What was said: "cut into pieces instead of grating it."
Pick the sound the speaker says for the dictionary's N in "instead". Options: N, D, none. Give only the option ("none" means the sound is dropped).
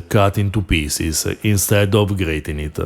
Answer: N